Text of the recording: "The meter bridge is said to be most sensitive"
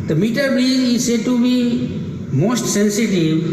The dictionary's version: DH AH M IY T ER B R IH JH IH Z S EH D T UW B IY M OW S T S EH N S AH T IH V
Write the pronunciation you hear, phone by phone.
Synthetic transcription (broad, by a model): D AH M IY T ER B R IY IH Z S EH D T UW B IY M OW S T S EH N S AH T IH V